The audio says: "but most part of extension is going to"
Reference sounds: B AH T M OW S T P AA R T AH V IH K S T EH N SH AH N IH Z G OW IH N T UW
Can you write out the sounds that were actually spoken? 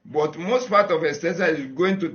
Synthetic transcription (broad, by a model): B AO T M OW S T P AA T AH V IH S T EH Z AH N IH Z G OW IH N T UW